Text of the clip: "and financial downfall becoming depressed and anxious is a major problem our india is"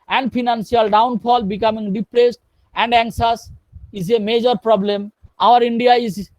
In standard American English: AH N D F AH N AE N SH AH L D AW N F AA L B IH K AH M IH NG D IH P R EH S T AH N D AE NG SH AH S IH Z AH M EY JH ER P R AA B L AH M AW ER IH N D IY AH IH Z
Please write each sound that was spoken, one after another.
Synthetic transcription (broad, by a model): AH N D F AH N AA N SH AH L D AW N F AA L B IH K AH M IH NG D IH P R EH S T AH N D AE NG S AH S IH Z AH M EY JH ER P R AA B L AH M AW ER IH N D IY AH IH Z